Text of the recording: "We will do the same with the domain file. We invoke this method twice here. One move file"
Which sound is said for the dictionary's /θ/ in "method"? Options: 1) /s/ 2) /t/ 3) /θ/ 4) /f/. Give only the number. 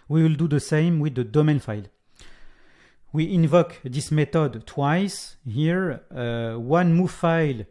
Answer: 2